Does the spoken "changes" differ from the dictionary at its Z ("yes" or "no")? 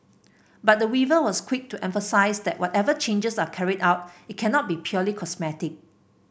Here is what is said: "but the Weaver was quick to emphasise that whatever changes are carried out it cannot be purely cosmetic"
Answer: yes